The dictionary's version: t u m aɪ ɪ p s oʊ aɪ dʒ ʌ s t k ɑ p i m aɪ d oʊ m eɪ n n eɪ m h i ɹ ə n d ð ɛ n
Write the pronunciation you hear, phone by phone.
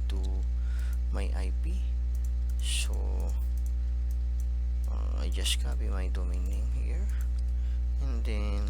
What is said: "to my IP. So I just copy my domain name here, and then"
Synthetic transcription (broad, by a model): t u m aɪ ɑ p s oʊ aɪ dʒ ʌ s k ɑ b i m aɪ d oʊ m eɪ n n eɪ m h i ɹ ə n d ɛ n